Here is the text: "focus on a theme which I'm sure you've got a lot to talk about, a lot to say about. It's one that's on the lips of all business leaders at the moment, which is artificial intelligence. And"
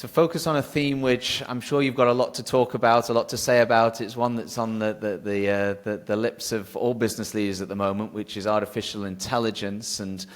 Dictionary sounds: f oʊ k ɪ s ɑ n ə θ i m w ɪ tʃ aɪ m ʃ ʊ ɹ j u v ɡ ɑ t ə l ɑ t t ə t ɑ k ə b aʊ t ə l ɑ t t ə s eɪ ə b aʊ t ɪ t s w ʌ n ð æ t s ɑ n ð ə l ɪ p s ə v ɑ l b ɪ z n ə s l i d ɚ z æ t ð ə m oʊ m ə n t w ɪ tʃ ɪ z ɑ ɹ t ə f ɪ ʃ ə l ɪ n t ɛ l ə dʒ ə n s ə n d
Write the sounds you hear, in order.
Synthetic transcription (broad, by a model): f oʊ k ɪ s n ə θ i m w ɪ tʃ aɪ m ʃ ʊ ɹ j u v ɡ ɑ t ə l ɑ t t ə t ɑ k ə b aʊ t ə l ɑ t t ə s eɪ ə b aʊ t ɪ t s w ʌ n ð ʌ t s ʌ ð ð ə l ɪ p s ə v ɑ l b ɪ z n ə s l i d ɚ z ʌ t ð ə m oʊ m ə n t w ɪ tʃ ɪ z ɑ ɹ t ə f ɪ ʃ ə l ɪ n t ɛ l ə dʒ ə n s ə n